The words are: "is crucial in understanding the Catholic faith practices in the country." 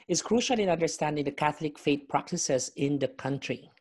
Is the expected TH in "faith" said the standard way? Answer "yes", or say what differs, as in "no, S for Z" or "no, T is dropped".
no, T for TH